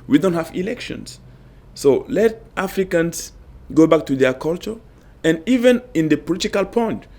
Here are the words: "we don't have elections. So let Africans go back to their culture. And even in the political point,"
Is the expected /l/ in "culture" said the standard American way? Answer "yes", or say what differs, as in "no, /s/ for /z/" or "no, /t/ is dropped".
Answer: yes